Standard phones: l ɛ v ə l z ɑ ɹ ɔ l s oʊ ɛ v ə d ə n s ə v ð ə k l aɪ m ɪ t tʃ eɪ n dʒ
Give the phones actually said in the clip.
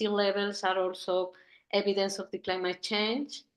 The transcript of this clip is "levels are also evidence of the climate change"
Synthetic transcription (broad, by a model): l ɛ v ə l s ɑ ɹ ɔ l s oʊ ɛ b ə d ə n s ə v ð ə k l aɪ m ɪ t tʃ eɪ n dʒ